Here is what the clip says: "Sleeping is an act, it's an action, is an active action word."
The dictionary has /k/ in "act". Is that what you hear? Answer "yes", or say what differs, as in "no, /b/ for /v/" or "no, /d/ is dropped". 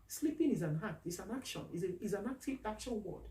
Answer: no, /k/ is dropped